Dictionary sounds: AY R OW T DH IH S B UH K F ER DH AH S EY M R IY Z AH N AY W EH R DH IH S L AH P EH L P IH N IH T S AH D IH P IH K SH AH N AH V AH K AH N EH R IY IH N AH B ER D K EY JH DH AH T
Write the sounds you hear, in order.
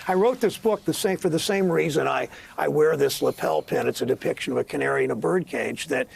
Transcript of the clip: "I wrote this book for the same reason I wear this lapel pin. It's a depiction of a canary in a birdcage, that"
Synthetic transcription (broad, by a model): AY R OW T DH IH S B UH K F ER DH AH S EY M R IY Z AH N AY W EH R DH IH S L AH P EH L P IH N IH T S AH D IH P IH K SH AH N AH V AH K AH N EH R IY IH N AH B ER D K EY JH DH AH T